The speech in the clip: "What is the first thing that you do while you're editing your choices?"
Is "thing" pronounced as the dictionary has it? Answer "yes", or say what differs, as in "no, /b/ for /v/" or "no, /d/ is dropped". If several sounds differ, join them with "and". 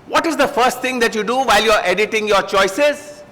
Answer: no, /t/ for /θ/